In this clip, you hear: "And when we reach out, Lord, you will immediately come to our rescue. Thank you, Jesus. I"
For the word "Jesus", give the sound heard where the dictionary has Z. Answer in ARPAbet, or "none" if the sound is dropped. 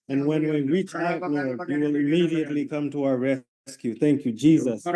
Z